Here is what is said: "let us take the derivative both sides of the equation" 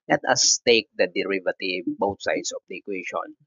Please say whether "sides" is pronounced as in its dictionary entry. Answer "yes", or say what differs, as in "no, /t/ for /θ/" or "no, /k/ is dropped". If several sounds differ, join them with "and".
no, /s/ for /z/